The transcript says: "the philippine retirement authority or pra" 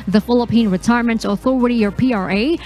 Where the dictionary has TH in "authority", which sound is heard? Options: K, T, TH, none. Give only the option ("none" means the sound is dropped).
TH